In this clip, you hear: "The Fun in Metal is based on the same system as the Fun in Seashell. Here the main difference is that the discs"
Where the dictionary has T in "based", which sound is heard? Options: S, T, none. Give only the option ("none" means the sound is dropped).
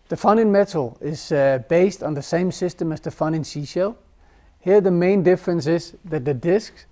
T